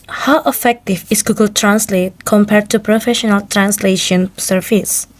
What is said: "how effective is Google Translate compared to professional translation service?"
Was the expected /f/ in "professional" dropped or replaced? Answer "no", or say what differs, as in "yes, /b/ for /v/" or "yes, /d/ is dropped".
no